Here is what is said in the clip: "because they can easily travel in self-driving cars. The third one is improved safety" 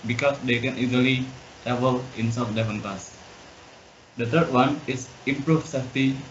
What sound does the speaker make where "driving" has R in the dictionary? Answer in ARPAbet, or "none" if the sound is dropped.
none